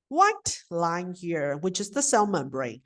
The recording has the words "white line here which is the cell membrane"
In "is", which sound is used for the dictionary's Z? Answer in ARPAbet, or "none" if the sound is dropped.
Z